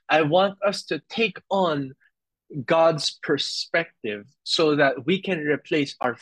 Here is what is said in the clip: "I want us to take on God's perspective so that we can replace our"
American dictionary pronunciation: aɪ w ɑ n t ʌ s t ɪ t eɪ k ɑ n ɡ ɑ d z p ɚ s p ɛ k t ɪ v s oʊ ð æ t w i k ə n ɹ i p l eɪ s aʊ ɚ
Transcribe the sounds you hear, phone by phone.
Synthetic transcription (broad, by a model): aɪ w ɑ n t ʌ s t ɪ t eɪ k ɑ n ɡ ɑ d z p ɚ s p ɛ k t ɪ v s oʊ ð æ t w i k ə n ɹ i p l eɪ s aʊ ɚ